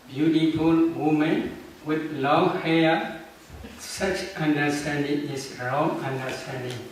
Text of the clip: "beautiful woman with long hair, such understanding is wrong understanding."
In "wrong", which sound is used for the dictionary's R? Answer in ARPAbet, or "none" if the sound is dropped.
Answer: R